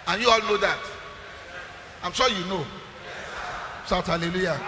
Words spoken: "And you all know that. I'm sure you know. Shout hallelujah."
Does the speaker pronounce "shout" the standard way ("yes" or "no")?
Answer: no